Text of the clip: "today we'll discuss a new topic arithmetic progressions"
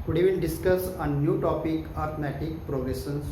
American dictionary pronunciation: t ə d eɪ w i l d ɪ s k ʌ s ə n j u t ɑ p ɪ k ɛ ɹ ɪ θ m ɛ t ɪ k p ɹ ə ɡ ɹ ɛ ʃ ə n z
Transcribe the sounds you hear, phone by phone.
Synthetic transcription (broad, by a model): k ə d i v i n d ɪ s k ʌ s ə n j u t ɑ p ɪ k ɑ ɹ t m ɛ t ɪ k p ɹ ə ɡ ɹ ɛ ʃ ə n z